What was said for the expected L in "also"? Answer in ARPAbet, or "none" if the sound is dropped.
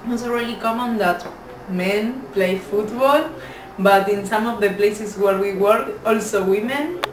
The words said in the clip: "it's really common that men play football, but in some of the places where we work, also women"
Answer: L